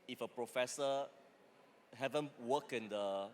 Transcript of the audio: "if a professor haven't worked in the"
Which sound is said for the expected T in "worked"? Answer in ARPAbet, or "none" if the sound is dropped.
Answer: none